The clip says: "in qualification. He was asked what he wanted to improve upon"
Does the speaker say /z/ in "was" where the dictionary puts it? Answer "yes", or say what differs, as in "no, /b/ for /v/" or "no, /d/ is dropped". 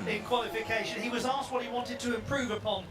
yes